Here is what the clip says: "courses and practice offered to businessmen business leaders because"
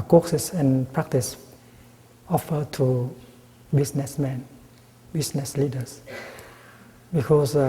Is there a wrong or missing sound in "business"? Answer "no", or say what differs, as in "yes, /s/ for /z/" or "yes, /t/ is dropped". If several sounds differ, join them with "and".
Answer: yes, /s/ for /z/